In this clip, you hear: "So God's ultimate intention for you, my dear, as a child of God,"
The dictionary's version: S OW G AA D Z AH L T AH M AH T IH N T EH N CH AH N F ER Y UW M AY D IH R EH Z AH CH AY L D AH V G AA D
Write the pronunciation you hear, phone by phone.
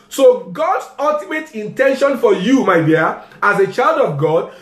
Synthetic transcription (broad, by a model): S OW G AA D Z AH L T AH M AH T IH N T EH N SH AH N F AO Y UW M AY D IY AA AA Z AH CH AY L D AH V G AA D